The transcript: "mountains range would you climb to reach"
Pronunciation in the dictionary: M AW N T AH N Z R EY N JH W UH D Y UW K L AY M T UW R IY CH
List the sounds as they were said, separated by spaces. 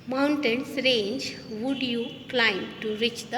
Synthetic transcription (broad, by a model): M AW N T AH N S R EY N JH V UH D Y UW K L AY M T UW R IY CH